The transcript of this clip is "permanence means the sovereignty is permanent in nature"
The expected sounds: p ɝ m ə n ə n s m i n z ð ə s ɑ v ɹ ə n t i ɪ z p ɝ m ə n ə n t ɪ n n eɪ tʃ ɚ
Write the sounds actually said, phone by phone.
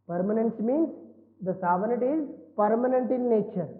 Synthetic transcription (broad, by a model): p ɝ m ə n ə n s m i n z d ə s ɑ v ə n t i ɪ z p ɝ m ə n ə n t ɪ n n eɪ tʃ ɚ